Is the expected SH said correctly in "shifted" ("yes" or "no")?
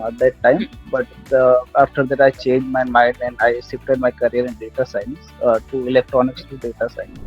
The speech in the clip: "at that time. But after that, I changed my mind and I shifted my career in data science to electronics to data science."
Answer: no